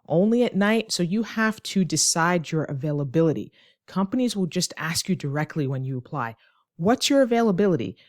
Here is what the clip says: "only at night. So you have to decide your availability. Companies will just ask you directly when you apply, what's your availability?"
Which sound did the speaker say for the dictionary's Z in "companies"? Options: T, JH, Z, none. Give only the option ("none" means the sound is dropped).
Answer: Z